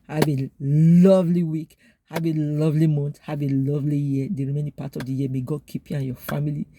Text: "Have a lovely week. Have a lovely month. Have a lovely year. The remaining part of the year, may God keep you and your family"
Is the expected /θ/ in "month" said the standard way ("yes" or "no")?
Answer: no